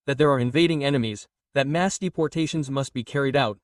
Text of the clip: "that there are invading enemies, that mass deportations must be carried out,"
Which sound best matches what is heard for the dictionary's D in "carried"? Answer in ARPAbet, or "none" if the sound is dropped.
D